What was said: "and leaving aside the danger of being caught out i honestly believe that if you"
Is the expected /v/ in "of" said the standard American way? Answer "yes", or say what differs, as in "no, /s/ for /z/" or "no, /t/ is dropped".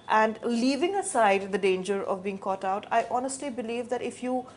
yes